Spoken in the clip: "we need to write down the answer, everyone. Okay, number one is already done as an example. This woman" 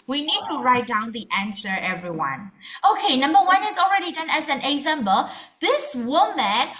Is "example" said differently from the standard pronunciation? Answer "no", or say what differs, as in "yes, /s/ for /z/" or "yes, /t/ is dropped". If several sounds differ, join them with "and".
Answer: yes, /b/ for /p/